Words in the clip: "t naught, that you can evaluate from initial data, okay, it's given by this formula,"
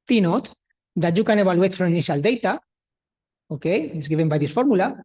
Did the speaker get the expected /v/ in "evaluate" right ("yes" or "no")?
no